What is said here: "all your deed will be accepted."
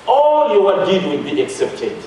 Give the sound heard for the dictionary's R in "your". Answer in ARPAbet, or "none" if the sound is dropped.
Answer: W